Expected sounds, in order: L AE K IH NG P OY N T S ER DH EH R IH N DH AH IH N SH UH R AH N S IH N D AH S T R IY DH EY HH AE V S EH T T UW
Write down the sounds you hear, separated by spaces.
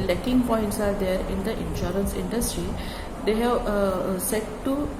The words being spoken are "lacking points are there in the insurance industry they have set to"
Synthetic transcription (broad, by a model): L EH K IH NG P OY N T S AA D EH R IH N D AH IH N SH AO R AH N S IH N D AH S T R IY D EY HH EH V S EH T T UW